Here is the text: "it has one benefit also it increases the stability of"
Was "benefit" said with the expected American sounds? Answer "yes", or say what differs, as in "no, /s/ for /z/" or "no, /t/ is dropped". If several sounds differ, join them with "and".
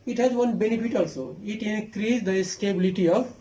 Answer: no, /p/ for /f/